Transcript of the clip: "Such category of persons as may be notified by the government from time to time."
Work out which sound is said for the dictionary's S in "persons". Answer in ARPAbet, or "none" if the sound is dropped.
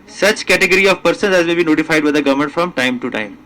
S